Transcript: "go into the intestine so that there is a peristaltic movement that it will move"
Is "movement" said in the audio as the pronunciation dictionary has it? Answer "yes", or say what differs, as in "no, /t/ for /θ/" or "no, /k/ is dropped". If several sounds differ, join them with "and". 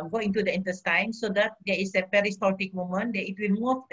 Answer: no, /v/ is dropped